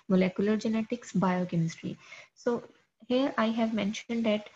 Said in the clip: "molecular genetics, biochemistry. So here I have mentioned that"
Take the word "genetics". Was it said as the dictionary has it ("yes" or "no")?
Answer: yes